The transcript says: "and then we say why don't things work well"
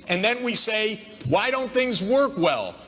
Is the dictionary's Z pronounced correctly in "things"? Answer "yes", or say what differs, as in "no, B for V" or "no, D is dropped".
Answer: yes